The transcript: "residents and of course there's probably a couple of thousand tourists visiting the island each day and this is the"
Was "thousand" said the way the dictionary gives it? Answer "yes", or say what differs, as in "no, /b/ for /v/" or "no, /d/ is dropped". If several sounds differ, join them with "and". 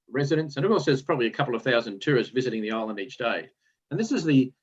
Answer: yes